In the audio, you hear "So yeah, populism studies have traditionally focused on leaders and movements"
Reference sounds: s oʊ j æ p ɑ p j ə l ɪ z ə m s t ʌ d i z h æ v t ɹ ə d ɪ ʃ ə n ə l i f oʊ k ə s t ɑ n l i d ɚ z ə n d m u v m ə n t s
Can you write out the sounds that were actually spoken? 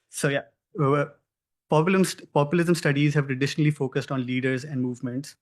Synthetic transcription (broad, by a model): s oʊ j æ p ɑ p j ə l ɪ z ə m s t ʌ d i z h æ v t ɹ ə d ɪ ʃ ə n ə l i f oʊ k ə s t ɑ n l i d ɚ z ə n d m u v m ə n t s